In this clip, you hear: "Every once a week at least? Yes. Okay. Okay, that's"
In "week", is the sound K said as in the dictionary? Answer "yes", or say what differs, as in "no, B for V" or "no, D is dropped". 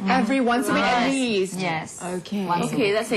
no, K is dropped